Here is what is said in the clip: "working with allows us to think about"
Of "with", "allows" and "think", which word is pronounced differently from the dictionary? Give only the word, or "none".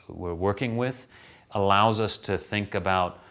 none